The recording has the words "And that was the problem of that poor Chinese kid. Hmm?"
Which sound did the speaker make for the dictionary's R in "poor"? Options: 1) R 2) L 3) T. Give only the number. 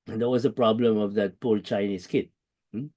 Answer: 2